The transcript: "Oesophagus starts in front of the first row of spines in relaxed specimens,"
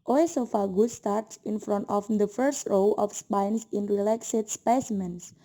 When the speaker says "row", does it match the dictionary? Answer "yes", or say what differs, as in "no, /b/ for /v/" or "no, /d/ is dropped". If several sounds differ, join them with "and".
yes